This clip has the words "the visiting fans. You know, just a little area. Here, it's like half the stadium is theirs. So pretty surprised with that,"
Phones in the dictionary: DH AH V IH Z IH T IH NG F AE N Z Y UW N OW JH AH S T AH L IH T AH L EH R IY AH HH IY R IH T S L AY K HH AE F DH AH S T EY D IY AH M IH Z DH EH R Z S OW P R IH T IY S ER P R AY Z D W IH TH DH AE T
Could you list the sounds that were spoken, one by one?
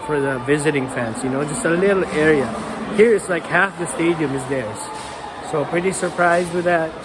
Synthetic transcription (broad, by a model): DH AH V IH Z IH T IH NG F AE N S Y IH N OW JH AH S T AH L IH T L EH R IY AH HH IY R IH T S L AY K HH AE F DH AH S T EY D IY AH M IH Z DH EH R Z S OW P R IH T IY S ER P R AY Z D W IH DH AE T